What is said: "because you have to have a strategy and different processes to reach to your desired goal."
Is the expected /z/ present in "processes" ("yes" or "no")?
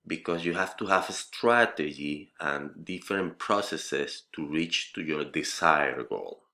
no